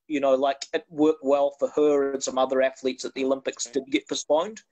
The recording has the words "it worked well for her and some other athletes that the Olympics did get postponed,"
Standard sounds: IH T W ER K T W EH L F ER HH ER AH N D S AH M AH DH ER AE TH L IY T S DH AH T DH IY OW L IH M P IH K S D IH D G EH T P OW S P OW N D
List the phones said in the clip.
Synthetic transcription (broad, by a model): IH T W ER K W EH L F ER HH ER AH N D S AH M AH DH ER AE TH L IY T S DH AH T DH IY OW L IH M P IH K S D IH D G EH T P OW S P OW N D